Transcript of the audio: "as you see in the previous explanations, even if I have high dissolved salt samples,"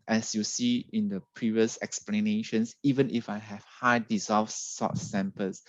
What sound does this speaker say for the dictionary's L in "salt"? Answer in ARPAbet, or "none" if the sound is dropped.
none